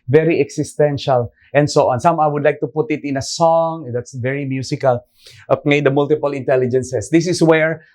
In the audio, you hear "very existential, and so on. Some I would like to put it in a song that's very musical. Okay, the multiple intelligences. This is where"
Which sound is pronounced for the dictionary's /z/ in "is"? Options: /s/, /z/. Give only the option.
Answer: /s/